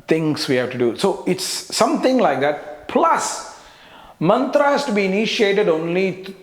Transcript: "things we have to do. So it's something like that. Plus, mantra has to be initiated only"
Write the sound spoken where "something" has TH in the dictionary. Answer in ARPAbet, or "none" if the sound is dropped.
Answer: T